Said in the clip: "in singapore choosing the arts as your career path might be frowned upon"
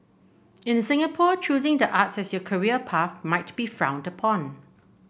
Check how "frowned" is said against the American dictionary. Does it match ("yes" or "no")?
yes